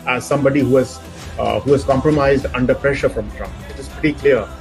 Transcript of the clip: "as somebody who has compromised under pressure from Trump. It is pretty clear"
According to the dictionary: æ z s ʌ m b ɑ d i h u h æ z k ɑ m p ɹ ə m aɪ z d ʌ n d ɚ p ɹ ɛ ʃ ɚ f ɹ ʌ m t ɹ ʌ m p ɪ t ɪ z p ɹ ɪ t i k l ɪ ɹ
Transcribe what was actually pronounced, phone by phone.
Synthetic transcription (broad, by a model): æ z s ʌ m b ɑ d i h u h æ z k ɑ m p ɹ ə m aɪ z d ʌ n d ɚ p ɹ ɛ ʃ ɚ f ɹ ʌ m t ɹ ʌ m p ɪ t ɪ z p ɛ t i k l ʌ ɹ